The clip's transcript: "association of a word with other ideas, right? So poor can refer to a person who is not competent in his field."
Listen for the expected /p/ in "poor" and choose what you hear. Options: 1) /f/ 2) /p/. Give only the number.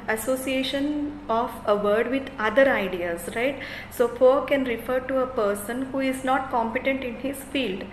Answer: 1